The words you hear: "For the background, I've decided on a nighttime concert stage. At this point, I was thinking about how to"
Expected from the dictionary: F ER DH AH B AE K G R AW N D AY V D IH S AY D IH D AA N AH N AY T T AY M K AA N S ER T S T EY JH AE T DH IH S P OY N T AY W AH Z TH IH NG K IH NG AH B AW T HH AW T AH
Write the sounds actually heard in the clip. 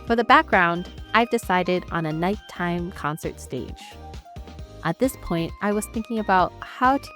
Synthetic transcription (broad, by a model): F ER DH AH B AE K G R AW N D AY V D IH S AY D IH D N AH N AY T T AY M K AA N S ER T S T EY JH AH T DH IH S P OY N T AY W AH Z TH IH NG K IH NG AH B AW T HH AW T